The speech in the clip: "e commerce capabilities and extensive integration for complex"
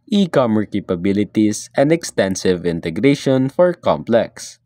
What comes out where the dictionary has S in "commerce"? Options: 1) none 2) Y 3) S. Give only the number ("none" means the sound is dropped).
1